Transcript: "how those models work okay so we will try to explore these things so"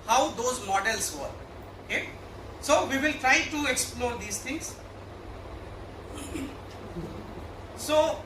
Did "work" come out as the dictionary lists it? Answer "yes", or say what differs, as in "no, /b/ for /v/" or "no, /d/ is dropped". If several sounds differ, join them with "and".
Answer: no, /k/ is dropped